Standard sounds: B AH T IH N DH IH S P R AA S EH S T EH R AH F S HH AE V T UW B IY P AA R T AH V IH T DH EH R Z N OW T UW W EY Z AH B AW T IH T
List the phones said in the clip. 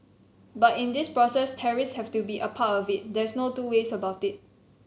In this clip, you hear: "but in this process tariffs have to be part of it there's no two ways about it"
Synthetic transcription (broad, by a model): B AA T IH N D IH S P R AA S EH S T EH R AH S HH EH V T UW B IY P AA T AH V IH T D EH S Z N OW T UW W EY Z AH B AW T IH T